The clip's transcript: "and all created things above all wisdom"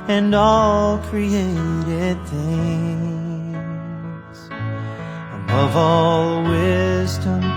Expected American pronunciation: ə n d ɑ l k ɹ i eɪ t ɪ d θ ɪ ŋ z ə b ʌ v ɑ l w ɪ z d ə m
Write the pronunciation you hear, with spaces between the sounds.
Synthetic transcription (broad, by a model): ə n ɑ l k ɹ i eɪ t ɪ d θ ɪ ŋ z ə b ʌ v ɑ l w ɪ z d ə m